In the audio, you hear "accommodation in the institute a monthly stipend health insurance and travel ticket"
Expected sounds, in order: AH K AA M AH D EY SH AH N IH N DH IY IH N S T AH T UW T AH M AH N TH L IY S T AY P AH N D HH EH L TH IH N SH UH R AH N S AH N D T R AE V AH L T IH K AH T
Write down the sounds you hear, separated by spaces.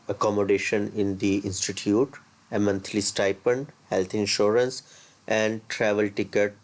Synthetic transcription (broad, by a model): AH K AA M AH D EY SH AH N IH N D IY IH N S T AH T UW T AH M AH N T L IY S T AY P AH N D HH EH L T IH N SH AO R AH N S AH N D T R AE V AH L T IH K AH T